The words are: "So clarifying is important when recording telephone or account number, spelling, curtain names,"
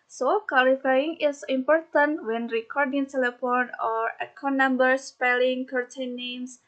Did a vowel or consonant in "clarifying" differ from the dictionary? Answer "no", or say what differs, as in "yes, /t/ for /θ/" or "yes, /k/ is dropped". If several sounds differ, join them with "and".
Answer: yes, /w/ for /l/ and /l/ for /ɹ/